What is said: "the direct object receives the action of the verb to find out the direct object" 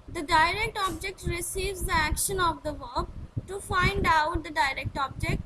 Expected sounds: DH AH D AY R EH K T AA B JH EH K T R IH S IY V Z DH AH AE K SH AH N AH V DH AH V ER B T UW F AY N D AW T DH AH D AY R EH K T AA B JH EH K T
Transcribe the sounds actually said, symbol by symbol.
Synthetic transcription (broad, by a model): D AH D AY R EH K T AA B JH EH K T R IH S IY V Z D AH AE K SH AH N AH V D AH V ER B T UW F AY N D AW T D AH D AY R EH K T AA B JH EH K T